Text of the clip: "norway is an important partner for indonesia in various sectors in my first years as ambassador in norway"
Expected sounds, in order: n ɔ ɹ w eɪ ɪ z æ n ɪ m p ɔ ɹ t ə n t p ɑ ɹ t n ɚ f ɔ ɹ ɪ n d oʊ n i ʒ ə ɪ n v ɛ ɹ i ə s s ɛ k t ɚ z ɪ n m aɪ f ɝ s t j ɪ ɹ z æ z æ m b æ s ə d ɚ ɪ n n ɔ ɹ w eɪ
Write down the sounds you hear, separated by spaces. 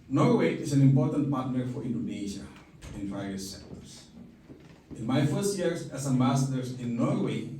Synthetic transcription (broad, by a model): n ɔ ɹ w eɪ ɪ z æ n ɪ m p ɔ ɹ t ə n t p ɑ ɹ t n ɚ f ɔ ɹ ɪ n d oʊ n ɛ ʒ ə ɪ n p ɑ i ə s s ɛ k t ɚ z ɪ n m aɪ f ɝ s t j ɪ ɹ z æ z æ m æ s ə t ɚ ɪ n n ɔ ɹ w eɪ